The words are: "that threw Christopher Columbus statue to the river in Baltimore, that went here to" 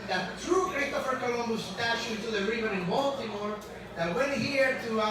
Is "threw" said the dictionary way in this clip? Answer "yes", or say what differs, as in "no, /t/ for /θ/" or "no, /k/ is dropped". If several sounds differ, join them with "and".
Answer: no, /t/ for /θ/